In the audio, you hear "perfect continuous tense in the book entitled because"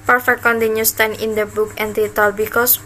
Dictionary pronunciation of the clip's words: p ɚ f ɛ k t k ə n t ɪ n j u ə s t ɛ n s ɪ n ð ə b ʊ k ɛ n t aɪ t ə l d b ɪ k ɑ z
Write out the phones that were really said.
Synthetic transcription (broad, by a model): p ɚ f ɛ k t k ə n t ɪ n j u s t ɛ n ɪ n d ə b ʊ k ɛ n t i t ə l b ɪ k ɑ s